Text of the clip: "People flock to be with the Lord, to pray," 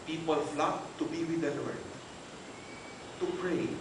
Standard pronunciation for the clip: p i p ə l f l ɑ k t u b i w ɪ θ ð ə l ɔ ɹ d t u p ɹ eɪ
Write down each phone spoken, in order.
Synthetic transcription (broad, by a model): p i p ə l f l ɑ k t u b i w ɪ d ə n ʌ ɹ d t u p ɹ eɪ